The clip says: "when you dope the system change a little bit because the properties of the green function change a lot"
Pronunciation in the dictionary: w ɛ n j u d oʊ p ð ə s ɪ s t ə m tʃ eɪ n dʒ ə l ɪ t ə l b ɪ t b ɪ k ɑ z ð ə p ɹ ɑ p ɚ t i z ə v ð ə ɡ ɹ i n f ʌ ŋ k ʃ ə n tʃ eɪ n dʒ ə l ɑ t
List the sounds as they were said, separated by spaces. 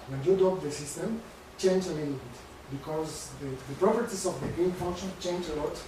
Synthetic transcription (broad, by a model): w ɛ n j u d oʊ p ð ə s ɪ s t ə m tʃ eɪ n dʒ ə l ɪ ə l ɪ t b ɪ k ɑ z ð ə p ɹ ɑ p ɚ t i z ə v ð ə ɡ i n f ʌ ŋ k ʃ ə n tʃ eɪ n dʒ ə l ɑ t